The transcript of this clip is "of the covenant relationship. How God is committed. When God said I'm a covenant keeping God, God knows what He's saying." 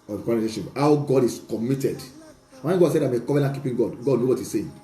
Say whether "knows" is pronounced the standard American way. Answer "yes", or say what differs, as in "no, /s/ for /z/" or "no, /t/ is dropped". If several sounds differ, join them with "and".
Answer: no, /z/ is dropped